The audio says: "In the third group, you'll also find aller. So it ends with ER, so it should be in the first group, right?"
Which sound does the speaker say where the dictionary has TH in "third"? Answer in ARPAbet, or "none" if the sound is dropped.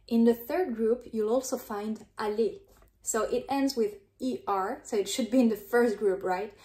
TH